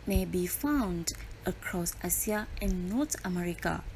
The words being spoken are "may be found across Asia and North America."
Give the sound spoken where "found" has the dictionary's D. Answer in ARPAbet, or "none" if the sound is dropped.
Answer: D